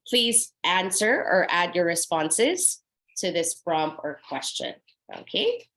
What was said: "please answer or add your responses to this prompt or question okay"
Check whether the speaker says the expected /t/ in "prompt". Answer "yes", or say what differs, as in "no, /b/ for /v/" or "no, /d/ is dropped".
no, /t/ is dropped